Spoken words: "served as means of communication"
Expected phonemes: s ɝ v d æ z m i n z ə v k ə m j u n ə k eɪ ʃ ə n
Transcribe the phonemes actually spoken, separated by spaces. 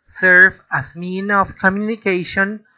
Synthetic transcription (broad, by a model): s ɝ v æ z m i n ə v k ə m j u n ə k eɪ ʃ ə n